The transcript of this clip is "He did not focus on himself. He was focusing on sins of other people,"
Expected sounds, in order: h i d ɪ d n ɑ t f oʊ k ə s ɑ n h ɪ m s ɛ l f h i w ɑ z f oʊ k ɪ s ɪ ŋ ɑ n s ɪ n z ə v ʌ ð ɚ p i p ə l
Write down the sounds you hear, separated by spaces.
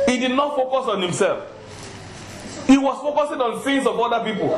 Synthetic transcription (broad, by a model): h i d ɪ d n ɑ t f oʊ k ə s ɑ n h ɪ m s ɛ l f h i w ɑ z f oʊ k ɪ s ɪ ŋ ɑ n θ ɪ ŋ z ə v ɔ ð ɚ p i p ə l